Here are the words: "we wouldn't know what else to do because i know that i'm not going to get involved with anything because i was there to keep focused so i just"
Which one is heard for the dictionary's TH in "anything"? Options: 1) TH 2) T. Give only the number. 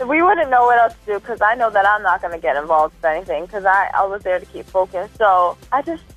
1